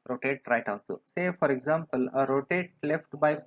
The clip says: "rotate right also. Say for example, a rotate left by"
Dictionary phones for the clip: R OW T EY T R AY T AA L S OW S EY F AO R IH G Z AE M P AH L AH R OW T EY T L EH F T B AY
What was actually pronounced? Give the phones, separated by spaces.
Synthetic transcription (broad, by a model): R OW T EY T R AY T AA N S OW S EY F AO R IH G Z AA M P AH L AH R OW T EY T L EH F T B AY